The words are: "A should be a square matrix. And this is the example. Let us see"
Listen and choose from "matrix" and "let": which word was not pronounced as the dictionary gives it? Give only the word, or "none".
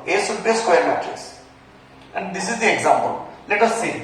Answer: matrix